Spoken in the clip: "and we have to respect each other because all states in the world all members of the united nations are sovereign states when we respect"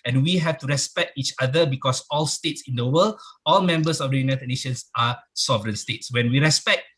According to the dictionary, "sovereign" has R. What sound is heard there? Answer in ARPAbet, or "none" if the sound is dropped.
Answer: R